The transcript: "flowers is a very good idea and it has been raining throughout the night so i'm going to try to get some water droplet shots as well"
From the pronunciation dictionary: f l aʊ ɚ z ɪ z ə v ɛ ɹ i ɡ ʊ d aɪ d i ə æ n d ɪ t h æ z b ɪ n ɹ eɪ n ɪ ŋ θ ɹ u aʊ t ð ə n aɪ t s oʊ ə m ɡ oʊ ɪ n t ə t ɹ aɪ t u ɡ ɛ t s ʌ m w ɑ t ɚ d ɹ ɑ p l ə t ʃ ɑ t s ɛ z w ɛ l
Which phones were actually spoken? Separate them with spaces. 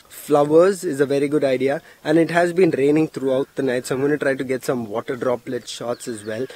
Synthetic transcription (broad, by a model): f l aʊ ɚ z ɪ z ə v ɛ ɹ i ɡ ʊ d aɪ d i ə æ n d ɪ t h æ z b ɪ n ɹ eɪ n ɪ ŋ t ɹ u aʊ t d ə n aɪ t s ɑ ə m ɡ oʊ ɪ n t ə t ɹ aɪ t u ɡ ɛ t s ʌ m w ɑ t ɚ d ɹ ɑ p l ə t ʃ ɑ t s ɛ z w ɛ l